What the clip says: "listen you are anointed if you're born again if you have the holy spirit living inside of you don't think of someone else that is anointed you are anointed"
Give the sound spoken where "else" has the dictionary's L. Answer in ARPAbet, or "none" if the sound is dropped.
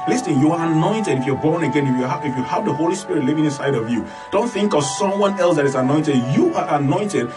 L